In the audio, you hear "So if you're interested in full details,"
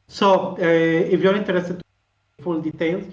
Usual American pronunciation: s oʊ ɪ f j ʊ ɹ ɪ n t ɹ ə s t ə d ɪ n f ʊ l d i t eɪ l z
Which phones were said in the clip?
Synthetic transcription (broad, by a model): s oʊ ɪ f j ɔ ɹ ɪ n t ə t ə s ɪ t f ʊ l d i t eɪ l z